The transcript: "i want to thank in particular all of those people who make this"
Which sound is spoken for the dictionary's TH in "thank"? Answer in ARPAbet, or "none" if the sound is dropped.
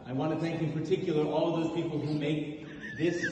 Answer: TH